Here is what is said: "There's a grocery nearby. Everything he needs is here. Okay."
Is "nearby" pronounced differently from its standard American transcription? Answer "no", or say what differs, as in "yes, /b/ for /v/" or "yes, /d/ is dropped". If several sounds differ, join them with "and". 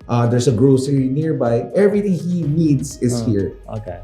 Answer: no